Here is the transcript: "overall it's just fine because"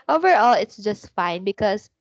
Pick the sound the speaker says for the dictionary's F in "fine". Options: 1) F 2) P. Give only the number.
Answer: 1